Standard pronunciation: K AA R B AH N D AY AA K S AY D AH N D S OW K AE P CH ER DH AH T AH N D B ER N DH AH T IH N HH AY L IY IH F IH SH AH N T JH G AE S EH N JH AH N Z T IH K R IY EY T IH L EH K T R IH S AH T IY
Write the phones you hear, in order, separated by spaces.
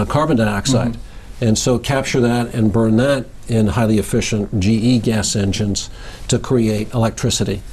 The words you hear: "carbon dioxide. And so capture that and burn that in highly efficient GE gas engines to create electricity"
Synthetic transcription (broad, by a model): K AA R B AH N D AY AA K S AY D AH N S OW K AE P CH ER DH AH T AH N B ER N DH AH T IH N HH AY L IY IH F IH SH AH N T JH G AE S EH N JH AH N Z T IH K R IY EY T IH L EH K T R IH S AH T IY